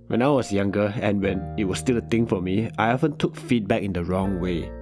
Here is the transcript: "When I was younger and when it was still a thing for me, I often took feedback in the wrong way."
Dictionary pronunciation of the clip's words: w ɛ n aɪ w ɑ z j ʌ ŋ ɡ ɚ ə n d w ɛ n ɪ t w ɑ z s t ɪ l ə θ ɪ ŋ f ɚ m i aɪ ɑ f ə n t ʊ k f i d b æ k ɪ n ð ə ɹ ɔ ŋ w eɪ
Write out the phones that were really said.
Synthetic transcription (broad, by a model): w ɛ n aɪ w ɑ s j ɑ ŋ ɡ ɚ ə n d w ɛ n ɪ t w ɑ s t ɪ l ə t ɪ ŋ f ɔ m i aɪ ɑ f ə n t ʊ k f i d b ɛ k ɪ n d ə ɹ ɔ ŋ w eɪ